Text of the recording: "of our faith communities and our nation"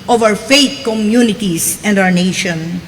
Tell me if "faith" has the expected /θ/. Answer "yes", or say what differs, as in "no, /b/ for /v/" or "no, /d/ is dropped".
no, /t/ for /θ/